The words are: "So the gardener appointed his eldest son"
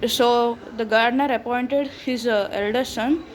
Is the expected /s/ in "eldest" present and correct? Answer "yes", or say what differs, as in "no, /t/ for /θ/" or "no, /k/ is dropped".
no, /s/ is dropped